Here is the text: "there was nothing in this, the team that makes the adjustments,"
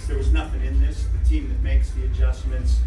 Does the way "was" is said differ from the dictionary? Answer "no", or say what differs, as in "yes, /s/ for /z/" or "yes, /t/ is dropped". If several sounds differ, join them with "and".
no